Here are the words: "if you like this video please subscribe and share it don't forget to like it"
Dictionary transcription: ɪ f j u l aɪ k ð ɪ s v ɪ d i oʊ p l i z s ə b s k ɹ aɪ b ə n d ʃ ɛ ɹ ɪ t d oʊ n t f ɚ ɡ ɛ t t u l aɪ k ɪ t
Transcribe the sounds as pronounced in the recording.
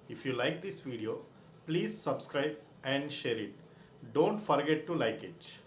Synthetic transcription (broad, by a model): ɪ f j u l aɪ k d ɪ s v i d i oʊ p l i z s ə b s k ɹ aɪ b ə n d ʃ ɛ ɹ ɪ t d oʊ n t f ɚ ɡ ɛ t t u l aɪ k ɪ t